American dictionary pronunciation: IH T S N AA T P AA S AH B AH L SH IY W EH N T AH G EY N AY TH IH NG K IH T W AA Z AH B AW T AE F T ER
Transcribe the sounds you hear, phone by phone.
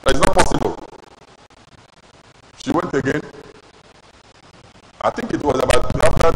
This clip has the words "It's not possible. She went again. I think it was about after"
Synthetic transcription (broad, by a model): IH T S N AA T P AA S AH B AH L SH IY W EH N T AH G EY N AY TH IH NG K IH T W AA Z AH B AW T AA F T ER